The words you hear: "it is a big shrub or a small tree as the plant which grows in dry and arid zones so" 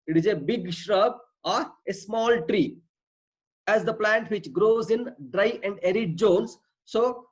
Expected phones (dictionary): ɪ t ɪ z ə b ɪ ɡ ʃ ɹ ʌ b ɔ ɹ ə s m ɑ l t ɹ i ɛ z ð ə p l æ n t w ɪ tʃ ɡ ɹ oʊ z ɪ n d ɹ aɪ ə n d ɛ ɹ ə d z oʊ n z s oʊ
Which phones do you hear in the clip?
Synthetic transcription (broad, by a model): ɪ t ɪ z ə b ɪ ɡ ʃ ɹ ʌ b ɔ ɹ ə s m ɑ l t ɹ i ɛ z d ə p l æ n t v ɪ tʃ ɡ ɹ oʊ z ɪ n d ɹ aɪ ə n d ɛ ɹ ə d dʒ oʊ n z s oʊ